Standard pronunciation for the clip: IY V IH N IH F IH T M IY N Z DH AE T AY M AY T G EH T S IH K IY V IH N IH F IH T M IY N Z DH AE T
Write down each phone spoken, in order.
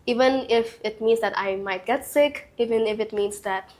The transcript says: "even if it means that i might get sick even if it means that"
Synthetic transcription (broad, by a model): IY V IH N IH F IH T M IY N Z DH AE T AY M AY T G EH T S IH K IY V IH N IH F IH T M IY N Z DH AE T